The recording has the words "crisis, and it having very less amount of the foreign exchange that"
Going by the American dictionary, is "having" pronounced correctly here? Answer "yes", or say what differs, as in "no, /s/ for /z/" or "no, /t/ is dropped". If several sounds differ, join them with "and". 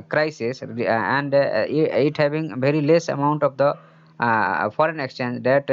no, /b/ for /v/